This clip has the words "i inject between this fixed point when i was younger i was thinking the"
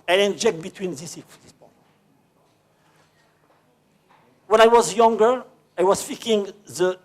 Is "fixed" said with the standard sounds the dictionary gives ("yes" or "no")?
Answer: no